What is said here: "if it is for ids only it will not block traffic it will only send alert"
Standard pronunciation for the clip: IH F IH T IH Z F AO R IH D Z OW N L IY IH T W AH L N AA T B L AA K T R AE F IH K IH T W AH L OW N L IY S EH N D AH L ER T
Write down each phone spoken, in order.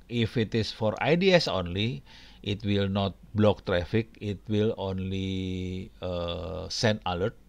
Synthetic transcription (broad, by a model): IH F IH T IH S F AO R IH D S OW N L IY IH T W AH L N AA T B L AA K T R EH F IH K IH T W AH L OW N L IY S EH N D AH L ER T